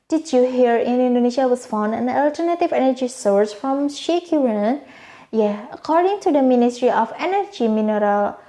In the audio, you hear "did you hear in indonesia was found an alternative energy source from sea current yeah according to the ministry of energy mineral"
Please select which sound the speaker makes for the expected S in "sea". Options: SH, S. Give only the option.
SH